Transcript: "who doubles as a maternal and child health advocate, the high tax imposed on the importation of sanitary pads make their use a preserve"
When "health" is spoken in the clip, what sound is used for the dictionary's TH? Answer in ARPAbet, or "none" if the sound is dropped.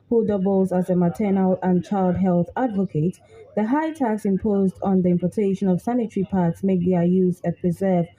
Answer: TH